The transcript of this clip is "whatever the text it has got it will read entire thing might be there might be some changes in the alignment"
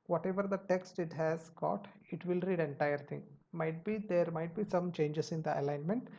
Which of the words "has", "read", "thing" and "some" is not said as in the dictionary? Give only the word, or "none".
thing